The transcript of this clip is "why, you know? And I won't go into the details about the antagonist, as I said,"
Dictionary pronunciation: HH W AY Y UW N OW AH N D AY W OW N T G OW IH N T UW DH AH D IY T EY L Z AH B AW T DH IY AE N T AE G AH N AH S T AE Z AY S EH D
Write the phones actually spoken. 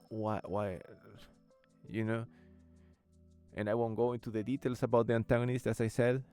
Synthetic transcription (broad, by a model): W W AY Y UW N OW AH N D AY W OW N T G OW IH N T UW DH AH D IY T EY L S AH B AW T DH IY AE N T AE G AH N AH S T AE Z AY S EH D